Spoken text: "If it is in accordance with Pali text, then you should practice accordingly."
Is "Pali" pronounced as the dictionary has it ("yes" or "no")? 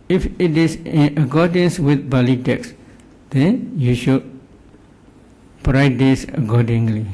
no